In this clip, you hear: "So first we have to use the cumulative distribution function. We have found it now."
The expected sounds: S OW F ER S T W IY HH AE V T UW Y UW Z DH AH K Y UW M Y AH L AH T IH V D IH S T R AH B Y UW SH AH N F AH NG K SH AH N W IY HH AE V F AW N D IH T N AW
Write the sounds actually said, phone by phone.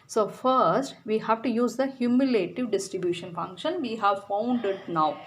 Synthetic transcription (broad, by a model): S OW F ER S T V IY HH AE V T UW Y UW Z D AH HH Y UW M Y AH L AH T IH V D IH S T R AH B Y UW SH AH N F AH NG K SH AH N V IY HH AE V F AW N D IH T N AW